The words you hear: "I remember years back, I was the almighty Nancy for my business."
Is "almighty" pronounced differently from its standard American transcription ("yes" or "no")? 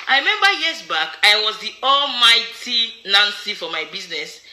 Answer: no